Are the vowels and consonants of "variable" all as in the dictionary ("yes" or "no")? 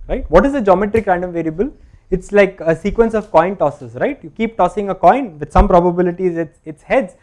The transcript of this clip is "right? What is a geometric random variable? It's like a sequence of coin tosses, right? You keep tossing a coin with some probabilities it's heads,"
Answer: yes